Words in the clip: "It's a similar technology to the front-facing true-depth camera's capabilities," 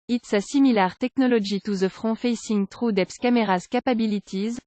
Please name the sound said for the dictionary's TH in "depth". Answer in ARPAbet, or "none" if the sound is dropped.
S